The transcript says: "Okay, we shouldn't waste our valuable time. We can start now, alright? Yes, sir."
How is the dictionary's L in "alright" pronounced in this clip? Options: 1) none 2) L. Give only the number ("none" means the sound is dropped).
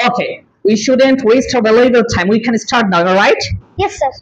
1